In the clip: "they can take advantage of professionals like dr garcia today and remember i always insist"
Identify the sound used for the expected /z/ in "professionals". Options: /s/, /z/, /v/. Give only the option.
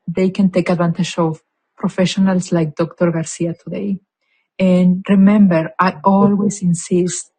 /s/